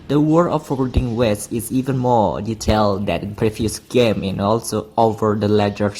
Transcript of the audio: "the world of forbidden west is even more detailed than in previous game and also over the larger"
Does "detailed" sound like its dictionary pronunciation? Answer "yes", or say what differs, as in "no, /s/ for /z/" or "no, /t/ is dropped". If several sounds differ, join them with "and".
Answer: yes